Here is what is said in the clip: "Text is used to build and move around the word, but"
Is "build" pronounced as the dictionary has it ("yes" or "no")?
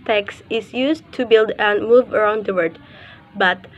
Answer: yes